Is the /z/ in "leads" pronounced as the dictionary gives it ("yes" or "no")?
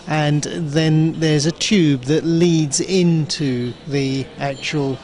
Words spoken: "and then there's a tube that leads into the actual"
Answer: yes